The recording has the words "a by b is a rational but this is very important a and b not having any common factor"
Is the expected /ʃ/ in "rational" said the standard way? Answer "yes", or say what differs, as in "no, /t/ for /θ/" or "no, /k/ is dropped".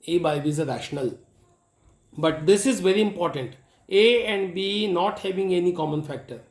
yes